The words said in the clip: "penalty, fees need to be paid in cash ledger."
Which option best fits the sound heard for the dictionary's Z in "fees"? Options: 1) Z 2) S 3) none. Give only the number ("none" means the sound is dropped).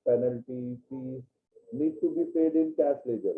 3